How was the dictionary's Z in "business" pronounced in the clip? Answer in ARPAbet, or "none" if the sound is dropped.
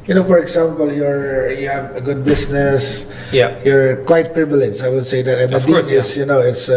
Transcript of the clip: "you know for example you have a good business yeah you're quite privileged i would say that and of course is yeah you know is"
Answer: S